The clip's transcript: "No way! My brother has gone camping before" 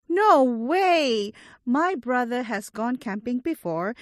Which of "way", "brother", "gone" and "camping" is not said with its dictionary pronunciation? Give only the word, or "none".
none